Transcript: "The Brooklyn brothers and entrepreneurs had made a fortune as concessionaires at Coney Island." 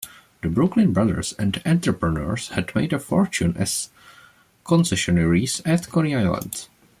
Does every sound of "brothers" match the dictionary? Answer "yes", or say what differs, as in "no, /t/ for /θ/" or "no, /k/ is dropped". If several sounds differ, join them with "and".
no, /s/ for /z/